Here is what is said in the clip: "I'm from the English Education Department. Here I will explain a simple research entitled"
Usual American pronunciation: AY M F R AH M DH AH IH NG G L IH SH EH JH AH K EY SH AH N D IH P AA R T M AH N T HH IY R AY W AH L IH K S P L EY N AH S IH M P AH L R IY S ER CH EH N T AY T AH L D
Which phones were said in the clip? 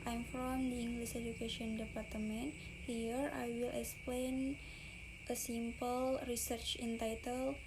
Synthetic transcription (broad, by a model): AY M F R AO M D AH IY NG G L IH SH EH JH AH K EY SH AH N D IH P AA R T M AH N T HH IY R AY W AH L IH K S P L EY N AH S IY M P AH L R IY S ER CH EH N T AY T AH L